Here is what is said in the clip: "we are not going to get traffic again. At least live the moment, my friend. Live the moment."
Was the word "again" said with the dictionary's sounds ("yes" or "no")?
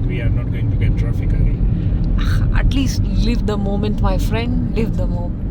no